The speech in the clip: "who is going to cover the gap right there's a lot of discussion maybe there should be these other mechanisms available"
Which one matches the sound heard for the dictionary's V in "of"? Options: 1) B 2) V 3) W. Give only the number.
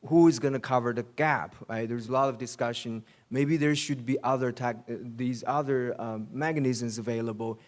2